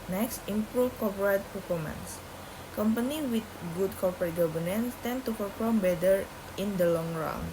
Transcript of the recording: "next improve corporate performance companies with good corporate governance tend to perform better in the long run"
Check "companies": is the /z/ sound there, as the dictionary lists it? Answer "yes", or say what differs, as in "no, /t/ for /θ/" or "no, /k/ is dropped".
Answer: no, /z/ is dropped